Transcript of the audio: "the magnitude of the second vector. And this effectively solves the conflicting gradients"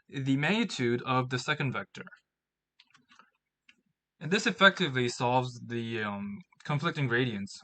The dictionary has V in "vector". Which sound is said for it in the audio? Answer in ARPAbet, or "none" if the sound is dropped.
V